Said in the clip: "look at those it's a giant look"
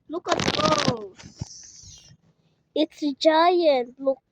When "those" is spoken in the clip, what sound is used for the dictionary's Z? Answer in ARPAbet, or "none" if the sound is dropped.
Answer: none